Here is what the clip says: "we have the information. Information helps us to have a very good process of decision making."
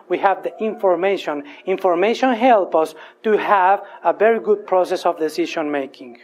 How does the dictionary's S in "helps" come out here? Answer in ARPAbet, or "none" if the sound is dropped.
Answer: none